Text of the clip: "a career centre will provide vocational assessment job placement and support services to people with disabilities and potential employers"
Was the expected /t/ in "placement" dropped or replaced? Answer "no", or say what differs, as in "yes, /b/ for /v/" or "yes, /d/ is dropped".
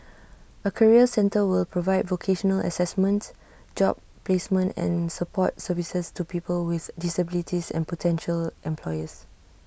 no